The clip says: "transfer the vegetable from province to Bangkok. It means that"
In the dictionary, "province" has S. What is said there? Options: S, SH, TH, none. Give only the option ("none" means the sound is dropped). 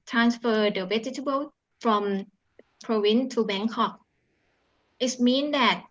none